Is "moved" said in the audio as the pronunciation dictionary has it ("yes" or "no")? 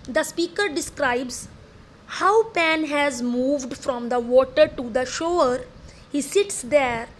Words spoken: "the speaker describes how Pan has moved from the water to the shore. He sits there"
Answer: yes